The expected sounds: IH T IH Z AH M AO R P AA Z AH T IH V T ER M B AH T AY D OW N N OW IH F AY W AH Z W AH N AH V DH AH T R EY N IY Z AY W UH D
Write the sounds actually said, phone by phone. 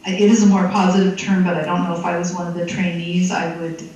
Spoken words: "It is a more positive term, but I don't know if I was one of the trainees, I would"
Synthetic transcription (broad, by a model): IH T IH Z AH M AO R P AA Z AH T IH V T ER M B AH T AY D OW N N OW IH F AY W AH Z W AH N AH V DH AH T R EY N IY Z AY W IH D